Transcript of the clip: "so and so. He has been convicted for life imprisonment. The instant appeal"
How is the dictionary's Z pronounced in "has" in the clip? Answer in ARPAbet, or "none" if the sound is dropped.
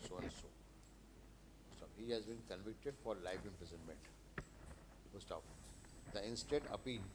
Z